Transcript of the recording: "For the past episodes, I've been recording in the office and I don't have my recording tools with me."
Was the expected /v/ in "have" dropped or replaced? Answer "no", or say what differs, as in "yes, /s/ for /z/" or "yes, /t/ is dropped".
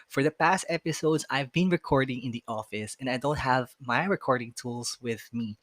no